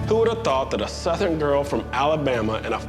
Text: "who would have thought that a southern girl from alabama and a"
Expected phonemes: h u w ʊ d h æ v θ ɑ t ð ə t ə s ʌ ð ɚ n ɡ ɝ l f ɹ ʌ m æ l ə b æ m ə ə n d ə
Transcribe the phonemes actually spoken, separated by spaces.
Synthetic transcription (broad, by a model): h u w ʊ d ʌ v θ ɑ t ð ə t ə s ʌ ð ɚ n ɡ ɝ l f ɹ ʌ m æ l ə b æ m ə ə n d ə